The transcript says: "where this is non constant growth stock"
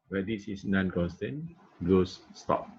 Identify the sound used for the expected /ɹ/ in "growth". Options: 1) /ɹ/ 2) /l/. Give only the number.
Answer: 2